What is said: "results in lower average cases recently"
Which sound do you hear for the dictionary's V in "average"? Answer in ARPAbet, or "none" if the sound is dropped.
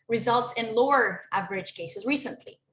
V